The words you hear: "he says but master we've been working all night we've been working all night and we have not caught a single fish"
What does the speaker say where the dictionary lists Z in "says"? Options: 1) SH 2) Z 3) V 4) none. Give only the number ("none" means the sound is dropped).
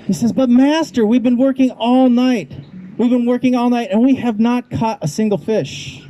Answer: 2